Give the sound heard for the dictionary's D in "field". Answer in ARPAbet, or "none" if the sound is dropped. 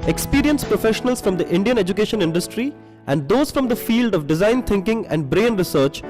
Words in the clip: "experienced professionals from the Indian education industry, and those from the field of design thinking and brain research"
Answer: D